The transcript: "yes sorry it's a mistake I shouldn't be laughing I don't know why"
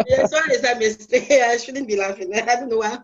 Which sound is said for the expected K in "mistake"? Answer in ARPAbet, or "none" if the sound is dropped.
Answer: none